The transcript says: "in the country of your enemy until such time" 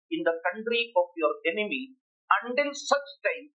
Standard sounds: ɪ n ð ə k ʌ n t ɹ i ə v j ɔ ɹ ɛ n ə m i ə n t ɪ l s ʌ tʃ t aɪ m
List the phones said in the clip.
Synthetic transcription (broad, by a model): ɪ n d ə k ʌ n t ɹ i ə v j ɔ ɹ ɛ n ə m i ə n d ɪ n s ʌ tʃ t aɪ m